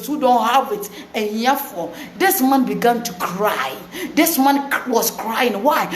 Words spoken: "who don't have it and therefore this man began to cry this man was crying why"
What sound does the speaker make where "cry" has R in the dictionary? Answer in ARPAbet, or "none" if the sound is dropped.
R